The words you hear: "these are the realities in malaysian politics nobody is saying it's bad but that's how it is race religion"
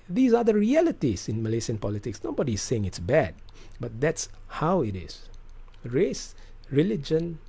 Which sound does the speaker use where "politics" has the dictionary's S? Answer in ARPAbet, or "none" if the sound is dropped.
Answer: S